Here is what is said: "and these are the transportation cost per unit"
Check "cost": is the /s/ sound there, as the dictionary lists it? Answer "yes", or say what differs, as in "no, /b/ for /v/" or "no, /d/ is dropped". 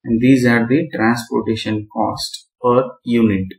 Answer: yes